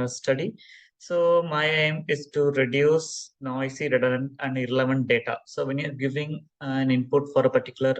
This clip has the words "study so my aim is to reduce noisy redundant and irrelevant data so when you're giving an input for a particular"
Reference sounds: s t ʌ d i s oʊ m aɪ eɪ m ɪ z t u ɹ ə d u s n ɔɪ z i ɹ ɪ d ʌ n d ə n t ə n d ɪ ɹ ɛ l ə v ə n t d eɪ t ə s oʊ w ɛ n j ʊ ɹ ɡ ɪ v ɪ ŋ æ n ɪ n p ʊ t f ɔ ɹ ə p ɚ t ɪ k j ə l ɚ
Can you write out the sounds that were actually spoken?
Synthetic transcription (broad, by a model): s t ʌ d i s oʊ m aɪ eɪ m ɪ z t u ɹ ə d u s n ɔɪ s i ɹ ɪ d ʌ d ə n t ə n d ɪ ɹ ɛ l ə v ə n t d eɪ t ə s oʊ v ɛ n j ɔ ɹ ɡ ɪ v ɪ ŋ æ n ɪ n p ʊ t f ɔ ɹ ə p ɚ t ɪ k j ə l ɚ